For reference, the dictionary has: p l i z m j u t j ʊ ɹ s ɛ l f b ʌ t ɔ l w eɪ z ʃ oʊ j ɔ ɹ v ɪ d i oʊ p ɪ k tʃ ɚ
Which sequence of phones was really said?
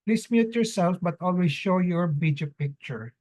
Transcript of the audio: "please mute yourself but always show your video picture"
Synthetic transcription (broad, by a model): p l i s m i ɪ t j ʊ ɹ s ɛ l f b ʌ t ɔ l w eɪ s ʃ oʊ j ɔ ɹ b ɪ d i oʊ p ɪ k tʃ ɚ